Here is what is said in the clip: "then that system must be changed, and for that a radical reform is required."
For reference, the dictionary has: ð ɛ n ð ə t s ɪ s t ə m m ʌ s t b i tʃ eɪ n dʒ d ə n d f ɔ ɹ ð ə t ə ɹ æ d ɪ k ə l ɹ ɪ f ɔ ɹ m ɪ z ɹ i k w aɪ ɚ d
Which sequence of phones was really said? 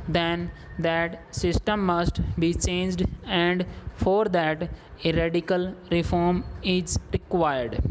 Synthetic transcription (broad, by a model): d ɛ n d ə t s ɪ s t ə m m ʌ s t b i tʃ eɪ n dʒ d ə n d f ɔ ɹ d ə t ə ɹ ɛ d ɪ k ə l ɹ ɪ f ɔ ɹ m ɪ z ɹ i k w aɪ ɚ d